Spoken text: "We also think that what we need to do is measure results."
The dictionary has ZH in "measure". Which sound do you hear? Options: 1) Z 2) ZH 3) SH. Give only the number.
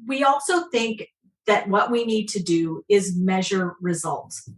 2